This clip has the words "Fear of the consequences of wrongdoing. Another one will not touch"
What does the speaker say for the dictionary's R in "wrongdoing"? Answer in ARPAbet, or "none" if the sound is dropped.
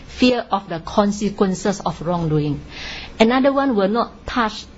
R